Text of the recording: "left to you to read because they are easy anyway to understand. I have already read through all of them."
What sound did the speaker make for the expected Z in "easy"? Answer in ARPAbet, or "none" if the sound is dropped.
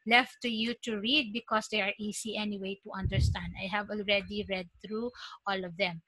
S